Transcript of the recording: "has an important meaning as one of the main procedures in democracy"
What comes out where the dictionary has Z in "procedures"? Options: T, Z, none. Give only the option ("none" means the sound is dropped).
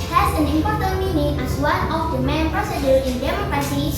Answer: none